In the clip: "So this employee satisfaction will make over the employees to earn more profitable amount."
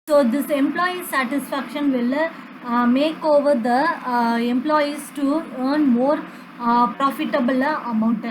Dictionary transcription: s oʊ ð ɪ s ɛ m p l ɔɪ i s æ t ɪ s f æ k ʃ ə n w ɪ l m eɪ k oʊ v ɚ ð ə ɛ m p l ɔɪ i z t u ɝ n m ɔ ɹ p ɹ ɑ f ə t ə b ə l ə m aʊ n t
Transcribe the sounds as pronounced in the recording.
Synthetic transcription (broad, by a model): s oʊ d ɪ s ɛ m p l ɔɪ i s æ t ɪ s f æ k ʃ ə n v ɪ l m eɪ k oʊ v ɚ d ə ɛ m p l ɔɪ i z t u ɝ n m ɔ ɹ p ɹ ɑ f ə t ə b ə l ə m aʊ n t